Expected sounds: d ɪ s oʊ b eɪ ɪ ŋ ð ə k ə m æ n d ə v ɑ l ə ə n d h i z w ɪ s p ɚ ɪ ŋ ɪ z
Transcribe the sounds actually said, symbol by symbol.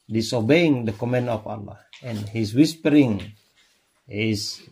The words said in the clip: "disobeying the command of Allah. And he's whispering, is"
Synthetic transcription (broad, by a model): d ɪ s oʊ b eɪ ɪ ŋ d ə k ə m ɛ n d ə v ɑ l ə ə n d h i s w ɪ s p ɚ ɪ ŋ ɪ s